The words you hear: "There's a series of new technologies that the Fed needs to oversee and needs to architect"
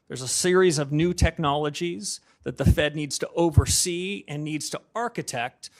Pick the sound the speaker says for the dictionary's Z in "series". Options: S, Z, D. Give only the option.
Z